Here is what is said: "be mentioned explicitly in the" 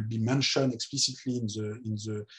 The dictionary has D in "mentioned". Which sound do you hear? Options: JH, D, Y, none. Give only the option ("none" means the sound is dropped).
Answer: none